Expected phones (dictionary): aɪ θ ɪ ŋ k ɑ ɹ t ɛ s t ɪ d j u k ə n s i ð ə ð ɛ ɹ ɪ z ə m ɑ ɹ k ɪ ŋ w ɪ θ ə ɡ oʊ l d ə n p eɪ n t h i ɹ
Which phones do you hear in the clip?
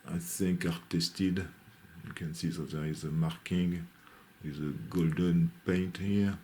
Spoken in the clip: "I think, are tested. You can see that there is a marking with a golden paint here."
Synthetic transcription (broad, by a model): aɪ s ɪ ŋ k ɑ ɹ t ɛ s t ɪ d j u k ə n s i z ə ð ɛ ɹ ɪ z ə m ɑ ɹ k ɪ ŋ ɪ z ə ɡ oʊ l d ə n p eɪ n t h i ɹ